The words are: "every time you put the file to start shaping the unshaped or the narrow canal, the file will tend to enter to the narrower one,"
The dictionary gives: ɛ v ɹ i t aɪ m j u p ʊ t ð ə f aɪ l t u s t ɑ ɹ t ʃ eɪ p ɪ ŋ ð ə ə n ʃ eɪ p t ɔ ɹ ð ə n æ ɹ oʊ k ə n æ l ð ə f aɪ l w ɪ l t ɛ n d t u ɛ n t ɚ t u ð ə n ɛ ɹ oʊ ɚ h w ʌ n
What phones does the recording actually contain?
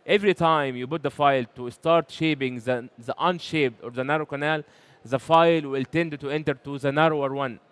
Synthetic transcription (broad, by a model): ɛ v ɹ i t aɪ m j u b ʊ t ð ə f aɪ l t u s t ɑ ɹ t ʃ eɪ b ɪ ŋ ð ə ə n ʃ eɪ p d ɔ ɹ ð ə n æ ɹ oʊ k ə n æ l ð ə f aɪ l w ɪ l t ɛ n d t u ɛ n t ɚ t u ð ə n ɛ ɹ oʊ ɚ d w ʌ n